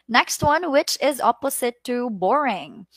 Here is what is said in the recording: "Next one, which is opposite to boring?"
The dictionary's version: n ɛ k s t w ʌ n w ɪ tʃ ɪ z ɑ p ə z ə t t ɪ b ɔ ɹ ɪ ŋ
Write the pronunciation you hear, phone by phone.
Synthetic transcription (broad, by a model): n ɛ k s t w ʌ n w ɪ tʃ ɪ z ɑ p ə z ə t t ɪ b ɔ ɹ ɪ ŋ